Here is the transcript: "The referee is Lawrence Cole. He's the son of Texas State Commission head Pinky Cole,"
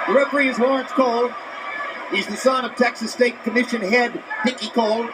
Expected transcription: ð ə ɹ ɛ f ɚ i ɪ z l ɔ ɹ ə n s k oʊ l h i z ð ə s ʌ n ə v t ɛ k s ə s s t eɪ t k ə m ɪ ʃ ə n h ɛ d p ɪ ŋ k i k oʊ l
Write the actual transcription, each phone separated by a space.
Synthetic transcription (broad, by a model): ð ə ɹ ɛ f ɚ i ɪ z w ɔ ɹ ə n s k oʊ l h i z ð ə s ʌ n ə v t ɛ k s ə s s t eɪ t k ə m ɪ ʃ ə n h ɛ d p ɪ k i k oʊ l